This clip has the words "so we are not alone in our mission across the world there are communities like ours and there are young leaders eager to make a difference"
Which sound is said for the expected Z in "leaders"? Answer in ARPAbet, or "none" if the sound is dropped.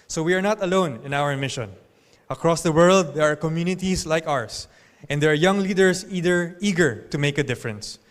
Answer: S